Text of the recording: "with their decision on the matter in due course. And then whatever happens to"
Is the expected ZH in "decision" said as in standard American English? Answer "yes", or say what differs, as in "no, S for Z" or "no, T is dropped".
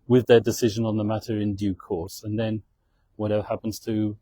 yes